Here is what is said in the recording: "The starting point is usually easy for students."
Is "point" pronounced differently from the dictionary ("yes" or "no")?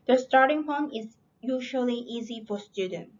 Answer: yes